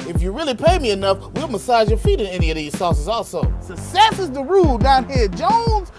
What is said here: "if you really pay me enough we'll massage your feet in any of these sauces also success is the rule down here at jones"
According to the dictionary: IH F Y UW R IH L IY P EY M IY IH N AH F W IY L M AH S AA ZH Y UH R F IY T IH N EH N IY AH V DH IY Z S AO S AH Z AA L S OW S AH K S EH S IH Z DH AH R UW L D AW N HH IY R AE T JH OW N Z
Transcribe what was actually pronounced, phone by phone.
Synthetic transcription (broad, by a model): IH F Y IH R IH L IY P EY M IY IH N AH F W IY L M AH S AA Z Y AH R F IY T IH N EH N IY AH V DH IY Z S AO S AH Z AA L S OW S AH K S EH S IH Z DH AH R UW L D AW N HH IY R JH OW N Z